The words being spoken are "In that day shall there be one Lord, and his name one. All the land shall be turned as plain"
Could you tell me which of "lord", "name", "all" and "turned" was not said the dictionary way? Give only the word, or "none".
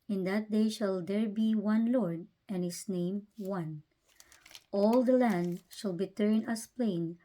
turned